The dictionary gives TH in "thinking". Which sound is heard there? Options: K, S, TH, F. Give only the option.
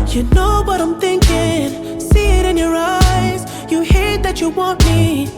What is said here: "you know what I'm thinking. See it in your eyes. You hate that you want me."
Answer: TH